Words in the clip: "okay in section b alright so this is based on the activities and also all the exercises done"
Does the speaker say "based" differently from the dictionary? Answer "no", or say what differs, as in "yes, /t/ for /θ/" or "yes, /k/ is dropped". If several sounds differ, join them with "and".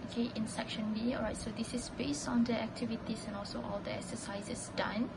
no